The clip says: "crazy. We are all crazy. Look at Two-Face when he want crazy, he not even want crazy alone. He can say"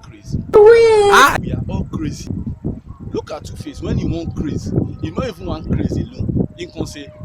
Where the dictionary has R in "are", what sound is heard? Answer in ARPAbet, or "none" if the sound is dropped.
W